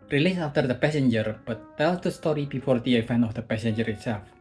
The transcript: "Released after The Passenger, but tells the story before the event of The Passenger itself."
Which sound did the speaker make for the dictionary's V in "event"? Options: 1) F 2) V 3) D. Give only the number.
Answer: 1